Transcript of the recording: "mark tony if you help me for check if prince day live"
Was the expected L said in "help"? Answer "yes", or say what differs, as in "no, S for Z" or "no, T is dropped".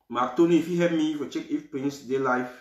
no, L is dropped